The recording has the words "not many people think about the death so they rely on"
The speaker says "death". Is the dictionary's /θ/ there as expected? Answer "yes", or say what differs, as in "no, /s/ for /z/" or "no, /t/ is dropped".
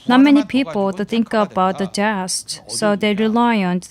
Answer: no, /t/ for /θ/